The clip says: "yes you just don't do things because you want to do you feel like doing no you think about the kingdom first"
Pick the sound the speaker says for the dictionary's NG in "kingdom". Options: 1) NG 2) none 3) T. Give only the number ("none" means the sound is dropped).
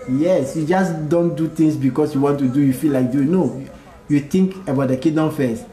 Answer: 2